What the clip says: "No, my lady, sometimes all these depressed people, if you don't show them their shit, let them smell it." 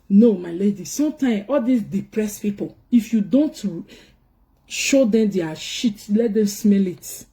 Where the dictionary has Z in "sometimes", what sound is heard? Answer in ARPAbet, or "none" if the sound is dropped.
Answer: none